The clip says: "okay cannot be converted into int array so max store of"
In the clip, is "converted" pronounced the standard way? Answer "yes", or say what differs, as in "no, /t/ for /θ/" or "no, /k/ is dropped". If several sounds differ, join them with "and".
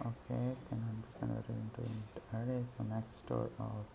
no, /v/ is dropped and /d/ is dropped